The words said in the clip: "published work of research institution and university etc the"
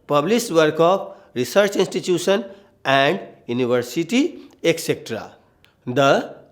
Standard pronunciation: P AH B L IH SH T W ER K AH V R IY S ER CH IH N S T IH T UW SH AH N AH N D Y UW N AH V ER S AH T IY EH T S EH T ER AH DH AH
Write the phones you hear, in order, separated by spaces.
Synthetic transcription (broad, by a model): P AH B L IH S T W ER K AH P R IY S ER CH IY N S T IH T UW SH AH N AH N D Y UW N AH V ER S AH T IY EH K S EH T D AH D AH